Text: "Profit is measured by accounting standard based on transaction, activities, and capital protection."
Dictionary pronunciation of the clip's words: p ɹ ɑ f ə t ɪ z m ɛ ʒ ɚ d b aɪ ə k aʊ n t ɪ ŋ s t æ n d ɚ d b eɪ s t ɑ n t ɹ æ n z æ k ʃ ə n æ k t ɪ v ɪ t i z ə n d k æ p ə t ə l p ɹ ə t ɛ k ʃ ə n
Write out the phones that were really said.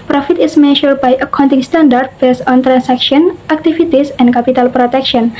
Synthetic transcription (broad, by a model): p ɹ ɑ f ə t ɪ s m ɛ ʃ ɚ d b aɪ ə k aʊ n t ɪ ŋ s t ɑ n d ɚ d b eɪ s ɑ n t ɹ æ n s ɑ k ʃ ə n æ k t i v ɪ t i s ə n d k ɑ p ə t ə l p ɹ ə t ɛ k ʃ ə n